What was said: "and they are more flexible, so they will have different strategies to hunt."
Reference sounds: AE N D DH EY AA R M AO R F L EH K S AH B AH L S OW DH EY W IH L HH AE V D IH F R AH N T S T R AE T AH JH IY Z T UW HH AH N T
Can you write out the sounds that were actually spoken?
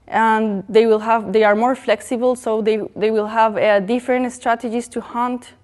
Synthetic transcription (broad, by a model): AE N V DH EY AA R M AO R F L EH K S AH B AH L S OW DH EY W IH L HH AE V D IH F R AH N T S T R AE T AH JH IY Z T UW HH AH N T